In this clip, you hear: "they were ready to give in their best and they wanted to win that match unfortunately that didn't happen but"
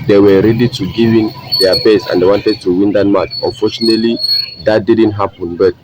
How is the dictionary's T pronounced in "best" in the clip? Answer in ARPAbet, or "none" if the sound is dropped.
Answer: none